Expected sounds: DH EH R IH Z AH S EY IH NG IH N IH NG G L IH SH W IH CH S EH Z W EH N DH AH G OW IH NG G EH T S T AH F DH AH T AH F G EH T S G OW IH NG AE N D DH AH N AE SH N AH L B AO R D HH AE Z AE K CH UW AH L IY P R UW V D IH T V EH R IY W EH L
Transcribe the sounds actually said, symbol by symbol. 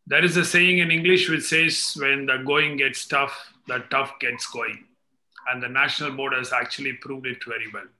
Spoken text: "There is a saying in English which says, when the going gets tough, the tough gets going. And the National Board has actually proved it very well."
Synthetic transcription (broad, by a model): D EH R IH Z AH S EY IH NG IH N IH NG G L IH SH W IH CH S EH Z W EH N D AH G OW IH NG G EH T S T AH F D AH T AH F G EH T S G OW IH NG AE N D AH N AE SH N AH L B AO R D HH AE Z AE K CH UW AH L IY P R UW V D IH T V EH R IY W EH L